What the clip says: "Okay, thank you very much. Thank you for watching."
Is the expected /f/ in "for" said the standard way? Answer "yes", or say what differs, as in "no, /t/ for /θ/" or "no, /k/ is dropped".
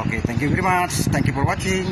no, /p/ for /f/